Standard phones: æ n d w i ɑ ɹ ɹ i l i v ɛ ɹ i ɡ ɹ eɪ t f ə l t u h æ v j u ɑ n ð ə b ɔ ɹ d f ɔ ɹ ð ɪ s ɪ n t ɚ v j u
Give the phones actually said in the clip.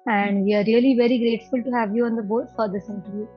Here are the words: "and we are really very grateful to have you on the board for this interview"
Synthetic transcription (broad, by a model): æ n d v i ɑ ɹ ɹ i l i v ɛ ɹ i ɡ ɹ eɪ t f ə l t u h æ v j u ɑ n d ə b ɔ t f ɔ ɹ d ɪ s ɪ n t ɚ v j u